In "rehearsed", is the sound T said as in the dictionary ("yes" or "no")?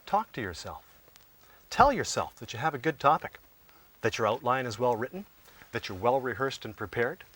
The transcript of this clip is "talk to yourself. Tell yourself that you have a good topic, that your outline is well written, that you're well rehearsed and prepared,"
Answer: yes